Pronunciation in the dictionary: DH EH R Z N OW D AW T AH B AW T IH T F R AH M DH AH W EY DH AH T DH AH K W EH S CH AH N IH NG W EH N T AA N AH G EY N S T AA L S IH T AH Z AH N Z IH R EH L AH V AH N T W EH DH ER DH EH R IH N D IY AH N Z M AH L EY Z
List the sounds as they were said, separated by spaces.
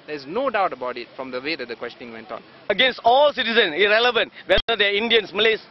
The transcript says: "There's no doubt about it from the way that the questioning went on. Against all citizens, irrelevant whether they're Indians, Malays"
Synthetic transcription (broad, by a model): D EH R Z N OW D AW T AH B AW T IH T F R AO M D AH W EY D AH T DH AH K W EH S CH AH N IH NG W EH N T AA N AH G EY N S T AA L S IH T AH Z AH N IH R EH L AH V AH N T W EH ER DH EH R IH N D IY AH N S M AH L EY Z